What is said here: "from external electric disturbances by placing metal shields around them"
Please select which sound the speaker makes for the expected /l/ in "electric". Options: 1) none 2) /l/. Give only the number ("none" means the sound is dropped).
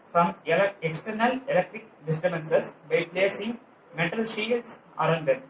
2